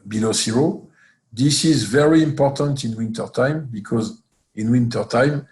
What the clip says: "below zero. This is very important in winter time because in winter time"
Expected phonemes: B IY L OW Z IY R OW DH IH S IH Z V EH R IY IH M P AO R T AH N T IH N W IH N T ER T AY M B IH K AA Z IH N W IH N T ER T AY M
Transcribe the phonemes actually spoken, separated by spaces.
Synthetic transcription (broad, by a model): B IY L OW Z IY R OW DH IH S IH Z V EH R IY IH M P AO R T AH N T IH N W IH N T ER T AY M B IH K AA Z IH N W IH N T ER T AY M